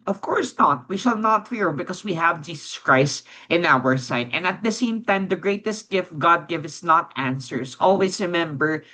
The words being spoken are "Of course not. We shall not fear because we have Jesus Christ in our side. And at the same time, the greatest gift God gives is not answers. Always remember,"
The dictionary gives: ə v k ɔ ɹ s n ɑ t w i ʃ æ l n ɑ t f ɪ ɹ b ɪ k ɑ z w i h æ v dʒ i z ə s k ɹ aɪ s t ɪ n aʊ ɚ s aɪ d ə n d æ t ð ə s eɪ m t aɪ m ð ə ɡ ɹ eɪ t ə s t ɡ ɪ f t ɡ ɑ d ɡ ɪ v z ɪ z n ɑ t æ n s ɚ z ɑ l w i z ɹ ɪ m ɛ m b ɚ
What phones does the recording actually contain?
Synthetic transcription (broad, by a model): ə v k ɔ ɹ s n ɑ t w i ʃ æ l n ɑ t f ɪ ɹ b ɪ k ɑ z w i h æ v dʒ i s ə s k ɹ aɪ s t ɪ n aʊ ɚ s aɪ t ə n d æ t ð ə s eɪ m t aɪ m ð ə ɡ ɹ eɪ t ə s t ɡ ɪ f t ɡ ɑ d ɡ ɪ v ɪ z n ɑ t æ n s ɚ s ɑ l w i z ɹ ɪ m ɛ m b ɚ